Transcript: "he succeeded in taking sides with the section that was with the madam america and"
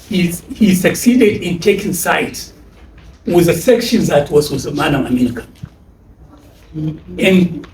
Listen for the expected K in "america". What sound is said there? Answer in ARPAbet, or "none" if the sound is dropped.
K